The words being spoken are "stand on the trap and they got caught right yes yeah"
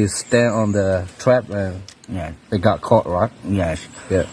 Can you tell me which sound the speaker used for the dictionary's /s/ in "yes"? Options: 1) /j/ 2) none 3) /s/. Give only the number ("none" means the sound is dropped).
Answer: 2